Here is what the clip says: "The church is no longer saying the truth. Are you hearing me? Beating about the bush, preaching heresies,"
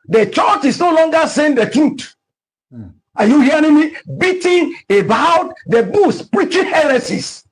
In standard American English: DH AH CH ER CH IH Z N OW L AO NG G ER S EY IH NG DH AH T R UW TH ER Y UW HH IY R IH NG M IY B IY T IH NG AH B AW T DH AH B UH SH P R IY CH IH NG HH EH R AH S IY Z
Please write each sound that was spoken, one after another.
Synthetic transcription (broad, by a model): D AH CH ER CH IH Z N OW L AO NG G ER S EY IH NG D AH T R UW T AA Y UW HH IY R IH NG M IY B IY T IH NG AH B AW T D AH B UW S P R IY CH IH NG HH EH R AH S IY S